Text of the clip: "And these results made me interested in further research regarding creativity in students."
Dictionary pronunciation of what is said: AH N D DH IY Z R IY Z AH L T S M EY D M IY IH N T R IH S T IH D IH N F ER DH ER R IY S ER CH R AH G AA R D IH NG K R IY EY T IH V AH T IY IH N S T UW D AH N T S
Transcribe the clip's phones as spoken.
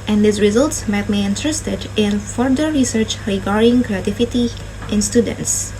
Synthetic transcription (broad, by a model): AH N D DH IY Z R IY Z AH L T S M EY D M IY IH N T R IH S T IH D IH N F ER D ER R IY S ER CH R AH G AA R D IH NG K R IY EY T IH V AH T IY IH N S T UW D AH N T S